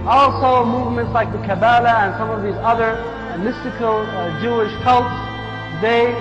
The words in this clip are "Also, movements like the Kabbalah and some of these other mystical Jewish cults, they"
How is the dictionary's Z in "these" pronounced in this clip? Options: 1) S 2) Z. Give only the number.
2